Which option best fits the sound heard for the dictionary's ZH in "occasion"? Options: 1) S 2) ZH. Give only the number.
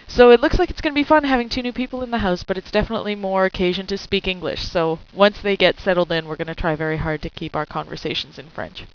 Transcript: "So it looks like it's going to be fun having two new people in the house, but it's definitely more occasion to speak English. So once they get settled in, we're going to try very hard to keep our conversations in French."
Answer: 2